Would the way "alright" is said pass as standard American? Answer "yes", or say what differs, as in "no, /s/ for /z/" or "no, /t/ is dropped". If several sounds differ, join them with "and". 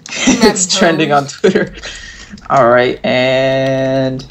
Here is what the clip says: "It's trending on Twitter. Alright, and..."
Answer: yes